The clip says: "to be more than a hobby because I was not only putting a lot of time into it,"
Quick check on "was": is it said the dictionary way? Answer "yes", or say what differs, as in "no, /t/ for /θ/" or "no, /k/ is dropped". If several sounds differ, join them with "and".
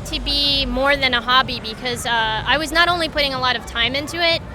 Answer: yes